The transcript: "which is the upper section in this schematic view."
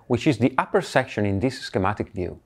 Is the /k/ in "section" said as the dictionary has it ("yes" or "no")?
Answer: yes